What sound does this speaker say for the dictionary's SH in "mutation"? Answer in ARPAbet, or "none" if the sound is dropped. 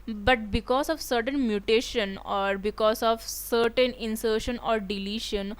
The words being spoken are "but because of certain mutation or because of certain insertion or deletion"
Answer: SH